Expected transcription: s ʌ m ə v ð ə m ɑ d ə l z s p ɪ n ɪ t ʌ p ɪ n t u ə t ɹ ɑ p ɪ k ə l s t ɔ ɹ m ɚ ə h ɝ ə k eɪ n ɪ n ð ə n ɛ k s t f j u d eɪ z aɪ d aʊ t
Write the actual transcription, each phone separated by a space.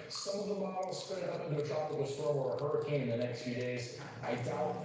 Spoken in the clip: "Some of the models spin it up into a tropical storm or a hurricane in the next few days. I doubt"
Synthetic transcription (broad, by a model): s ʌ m ə v ð ə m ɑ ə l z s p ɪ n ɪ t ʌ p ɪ n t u ə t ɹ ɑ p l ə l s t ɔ ɹ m ɚ ə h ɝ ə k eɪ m ɪ n ð ə n ɛ k s t f j u d eɪ z aɪ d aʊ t